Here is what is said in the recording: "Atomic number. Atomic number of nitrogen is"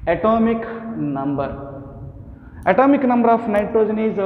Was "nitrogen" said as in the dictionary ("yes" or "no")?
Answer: yes